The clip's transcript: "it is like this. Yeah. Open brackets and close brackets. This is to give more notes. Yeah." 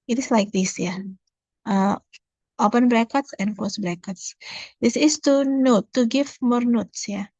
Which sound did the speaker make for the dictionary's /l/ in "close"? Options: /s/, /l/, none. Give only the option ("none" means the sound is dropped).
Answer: none